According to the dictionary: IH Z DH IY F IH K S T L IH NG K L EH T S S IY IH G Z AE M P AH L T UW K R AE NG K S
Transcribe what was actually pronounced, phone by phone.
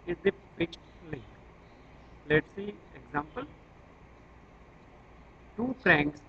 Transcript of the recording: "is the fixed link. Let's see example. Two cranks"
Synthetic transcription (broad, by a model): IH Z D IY P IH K T L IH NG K L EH T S S IY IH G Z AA M P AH L T UW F R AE NG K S